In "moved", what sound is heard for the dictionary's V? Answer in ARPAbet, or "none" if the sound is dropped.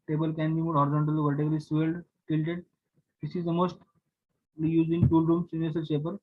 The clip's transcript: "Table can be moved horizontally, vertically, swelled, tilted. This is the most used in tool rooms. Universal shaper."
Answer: none